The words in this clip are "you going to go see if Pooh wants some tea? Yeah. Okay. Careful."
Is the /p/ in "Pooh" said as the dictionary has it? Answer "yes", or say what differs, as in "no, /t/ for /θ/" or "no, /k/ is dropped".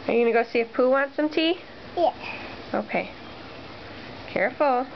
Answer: yes